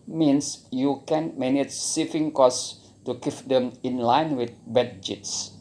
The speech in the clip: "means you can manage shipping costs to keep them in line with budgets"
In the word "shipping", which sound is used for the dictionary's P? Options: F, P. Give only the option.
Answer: F